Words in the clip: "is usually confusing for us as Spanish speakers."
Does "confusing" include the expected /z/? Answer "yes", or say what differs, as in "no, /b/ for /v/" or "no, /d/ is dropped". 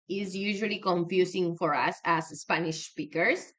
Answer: no, /s/ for /z/